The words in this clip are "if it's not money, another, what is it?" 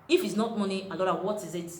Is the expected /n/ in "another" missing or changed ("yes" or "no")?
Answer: yes